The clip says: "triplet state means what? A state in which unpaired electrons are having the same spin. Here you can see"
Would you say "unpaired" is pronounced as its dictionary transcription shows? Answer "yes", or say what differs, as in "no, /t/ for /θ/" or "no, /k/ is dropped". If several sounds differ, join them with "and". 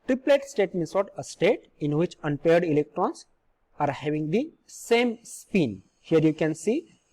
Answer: yes